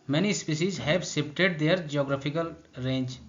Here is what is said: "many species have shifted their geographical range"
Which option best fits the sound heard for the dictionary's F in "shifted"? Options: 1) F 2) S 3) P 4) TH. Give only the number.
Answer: 3